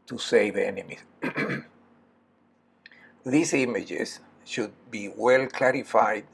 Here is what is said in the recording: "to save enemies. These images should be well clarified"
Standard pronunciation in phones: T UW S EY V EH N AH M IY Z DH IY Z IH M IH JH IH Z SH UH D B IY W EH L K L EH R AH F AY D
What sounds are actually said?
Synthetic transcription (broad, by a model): T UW S EY V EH N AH M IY S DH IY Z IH M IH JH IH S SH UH D B IY W EH L K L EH R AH F AY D